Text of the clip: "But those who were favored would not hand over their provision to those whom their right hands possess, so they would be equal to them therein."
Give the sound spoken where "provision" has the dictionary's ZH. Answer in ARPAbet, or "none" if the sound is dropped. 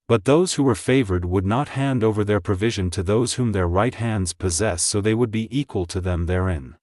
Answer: ZH